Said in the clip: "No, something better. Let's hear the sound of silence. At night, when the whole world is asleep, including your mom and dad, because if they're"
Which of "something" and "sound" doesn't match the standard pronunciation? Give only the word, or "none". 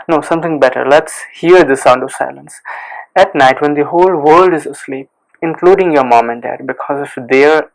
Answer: something